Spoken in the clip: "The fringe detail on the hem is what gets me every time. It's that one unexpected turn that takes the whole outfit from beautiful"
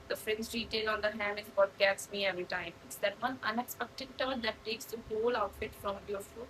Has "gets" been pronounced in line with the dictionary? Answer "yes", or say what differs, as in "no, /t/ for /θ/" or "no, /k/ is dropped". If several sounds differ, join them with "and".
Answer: no, /s/ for /t/